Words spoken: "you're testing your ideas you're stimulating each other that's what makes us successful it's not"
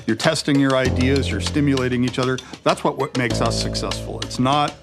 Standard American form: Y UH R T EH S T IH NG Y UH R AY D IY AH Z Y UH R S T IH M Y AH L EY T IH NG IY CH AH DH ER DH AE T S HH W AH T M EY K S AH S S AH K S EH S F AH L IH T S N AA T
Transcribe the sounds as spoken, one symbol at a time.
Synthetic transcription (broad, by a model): Y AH R T EH S T IH NG Y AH R AY D IY AH Z Y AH R S T IH M Y AH L EY T IH NG IY CH AH DH ER DH AE T S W W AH T M EY K S AH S S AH K S EH S F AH L IH T S N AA T